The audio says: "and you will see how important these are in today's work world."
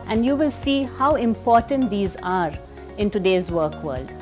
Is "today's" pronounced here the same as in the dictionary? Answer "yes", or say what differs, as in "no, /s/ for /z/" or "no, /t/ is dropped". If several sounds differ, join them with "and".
yes